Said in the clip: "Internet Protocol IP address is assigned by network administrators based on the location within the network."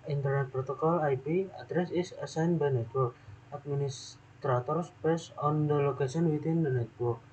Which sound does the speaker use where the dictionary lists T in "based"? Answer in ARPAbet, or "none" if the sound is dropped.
none